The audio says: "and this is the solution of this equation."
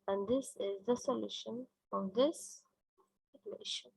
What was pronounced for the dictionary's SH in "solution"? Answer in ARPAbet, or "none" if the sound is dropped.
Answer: SH